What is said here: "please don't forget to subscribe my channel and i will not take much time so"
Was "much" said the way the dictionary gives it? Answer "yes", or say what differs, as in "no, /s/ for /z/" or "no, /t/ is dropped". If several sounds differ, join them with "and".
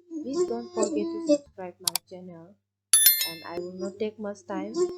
no, /s/ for /tʃ/